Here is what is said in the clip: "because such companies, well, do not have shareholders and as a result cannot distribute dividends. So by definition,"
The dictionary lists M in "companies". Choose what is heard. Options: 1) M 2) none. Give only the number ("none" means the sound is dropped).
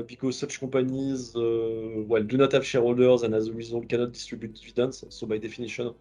2